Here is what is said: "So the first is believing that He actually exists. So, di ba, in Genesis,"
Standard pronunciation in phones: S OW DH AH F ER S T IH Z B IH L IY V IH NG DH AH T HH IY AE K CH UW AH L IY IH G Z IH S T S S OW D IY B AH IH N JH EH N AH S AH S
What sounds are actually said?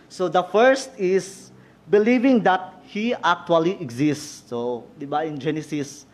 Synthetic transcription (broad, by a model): S OW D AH F ER S T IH S B IH L IY V IH NG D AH T HH IY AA K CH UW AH L IY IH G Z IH S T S S OW D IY B AH IH N JH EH N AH S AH S